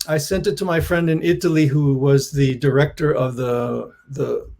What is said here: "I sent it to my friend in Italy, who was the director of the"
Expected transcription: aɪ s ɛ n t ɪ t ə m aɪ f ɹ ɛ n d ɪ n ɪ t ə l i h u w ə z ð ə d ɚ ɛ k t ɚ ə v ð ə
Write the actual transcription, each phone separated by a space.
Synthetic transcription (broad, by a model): aɪ s ɛ n t ɪ t ə m aɪ f ɹ ɛ n d ɪ n ɪ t l i h u w ə z ð ə d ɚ ɛ k t ɚ ə v ð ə